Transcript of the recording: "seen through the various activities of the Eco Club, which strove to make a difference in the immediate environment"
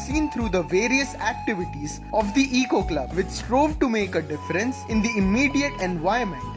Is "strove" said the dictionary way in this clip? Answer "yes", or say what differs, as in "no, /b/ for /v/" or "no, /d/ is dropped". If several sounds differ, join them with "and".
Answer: yes